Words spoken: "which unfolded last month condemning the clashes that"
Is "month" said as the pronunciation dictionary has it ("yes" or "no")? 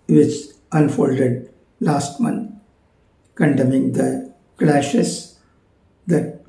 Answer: no